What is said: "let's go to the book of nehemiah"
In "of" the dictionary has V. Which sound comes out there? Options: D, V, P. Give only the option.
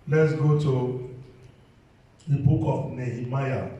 P